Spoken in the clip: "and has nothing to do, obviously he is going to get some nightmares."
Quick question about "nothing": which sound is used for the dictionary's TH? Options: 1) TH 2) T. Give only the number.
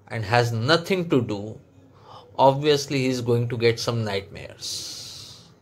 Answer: 2